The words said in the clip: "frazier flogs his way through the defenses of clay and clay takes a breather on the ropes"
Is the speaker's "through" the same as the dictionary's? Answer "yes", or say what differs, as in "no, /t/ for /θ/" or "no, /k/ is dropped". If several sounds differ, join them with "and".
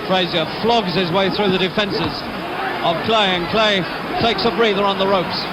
yes